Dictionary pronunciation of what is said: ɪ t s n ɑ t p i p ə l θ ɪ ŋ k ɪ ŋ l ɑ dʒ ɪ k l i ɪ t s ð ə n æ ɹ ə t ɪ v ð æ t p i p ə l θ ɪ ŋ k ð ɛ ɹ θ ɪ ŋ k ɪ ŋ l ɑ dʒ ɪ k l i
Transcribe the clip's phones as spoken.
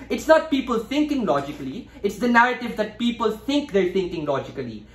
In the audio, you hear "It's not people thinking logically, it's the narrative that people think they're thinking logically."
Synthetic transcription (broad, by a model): ɪ t s n ɑ t p i p ə l t ɪ ŋ k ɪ ŋ l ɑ dʒ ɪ k l i ɪ t s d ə n æ ɹ ə t ɪ v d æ t p i p ə l t ɪ ŋ k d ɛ ɹ t ɪ ŋ k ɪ ŋ l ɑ dʒ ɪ k l i